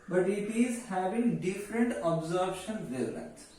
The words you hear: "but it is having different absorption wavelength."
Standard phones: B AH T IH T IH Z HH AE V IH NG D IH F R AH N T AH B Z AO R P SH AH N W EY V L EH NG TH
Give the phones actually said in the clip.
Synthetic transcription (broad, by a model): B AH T IH T IH Z HH AE V IH NG D IH F R AH N T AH B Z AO R B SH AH N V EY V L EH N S